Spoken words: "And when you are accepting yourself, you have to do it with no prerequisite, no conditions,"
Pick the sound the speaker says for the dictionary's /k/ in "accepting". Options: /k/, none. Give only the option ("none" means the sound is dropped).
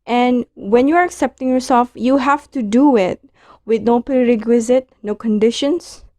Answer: /k/